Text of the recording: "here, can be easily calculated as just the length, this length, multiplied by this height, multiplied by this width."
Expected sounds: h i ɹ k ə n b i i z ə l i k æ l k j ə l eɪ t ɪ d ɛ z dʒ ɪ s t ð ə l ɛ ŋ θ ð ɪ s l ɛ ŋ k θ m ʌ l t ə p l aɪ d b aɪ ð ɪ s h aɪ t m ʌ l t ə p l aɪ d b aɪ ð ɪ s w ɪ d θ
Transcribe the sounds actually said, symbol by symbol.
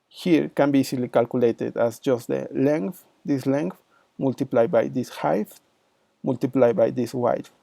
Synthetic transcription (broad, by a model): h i ɹ k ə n b i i s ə l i k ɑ l k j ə l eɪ t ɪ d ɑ s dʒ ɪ s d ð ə l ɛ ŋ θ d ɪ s l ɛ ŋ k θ m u l t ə p l aɪ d b aɪ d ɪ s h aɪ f m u l t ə p l aɪ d b aɪ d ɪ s w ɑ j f